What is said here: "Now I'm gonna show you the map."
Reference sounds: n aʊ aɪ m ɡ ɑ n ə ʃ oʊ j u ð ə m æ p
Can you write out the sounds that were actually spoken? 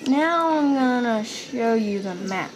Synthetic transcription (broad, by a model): n aʊ aɪ m ɡ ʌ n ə ʃ oʊ j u ð ə m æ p